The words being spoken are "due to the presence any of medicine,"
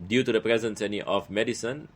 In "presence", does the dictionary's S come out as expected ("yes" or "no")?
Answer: yes